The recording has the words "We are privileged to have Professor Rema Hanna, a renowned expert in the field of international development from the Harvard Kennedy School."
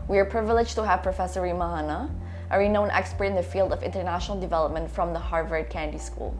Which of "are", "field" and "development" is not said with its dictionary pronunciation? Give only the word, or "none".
none